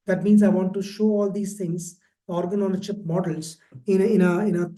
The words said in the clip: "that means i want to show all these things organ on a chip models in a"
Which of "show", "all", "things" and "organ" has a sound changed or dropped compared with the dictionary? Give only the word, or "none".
things